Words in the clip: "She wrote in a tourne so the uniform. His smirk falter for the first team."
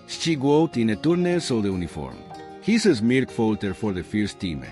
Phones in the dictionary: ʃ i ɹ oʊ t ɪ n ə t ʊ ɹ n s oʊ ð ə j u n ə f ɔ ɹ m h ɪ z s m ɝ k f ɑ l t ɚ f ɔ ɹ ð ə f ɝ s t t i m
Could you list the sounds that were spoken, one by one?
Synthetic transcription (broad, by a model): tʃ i w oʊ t ɪ n ə t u ɹ n s oʊ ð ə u n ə f ɔ ɹ m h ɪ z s m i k f ɑ l t ɚ f ɔ ɹ ð ə f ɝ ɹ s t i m